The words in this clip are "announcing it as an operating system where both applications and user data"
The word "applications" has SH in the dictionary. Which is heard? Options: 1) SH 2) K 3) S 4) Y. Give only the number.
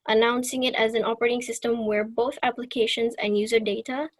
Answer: 1